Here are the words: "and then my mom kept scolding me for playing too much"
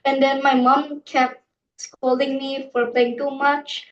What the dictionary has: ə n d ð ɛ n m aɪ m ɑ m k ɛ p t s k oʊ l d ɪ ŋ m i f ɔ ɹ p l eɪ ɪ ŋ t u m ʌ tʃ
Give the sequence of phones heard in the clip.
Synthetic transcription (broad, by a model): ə n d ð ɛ n m aɪ m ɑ m k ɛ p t s k oʊ l d ɪ ŋ m i f ɔ ɹ p l eɪ ɪ ŋ t u m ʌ tʃ